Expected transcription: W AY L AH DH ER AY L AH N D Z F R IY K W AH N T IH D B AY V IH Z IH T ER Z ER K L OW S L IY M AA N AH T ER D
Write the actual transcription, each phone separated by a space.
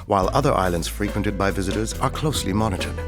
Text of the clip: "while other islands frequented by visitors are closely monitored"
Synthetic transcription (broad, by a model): W AY L AH DH ER AY L AH N D Z F R IY K W AH N T IH D B AY V IH Z IH T ER Z ER K L OW S L IY M AA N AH T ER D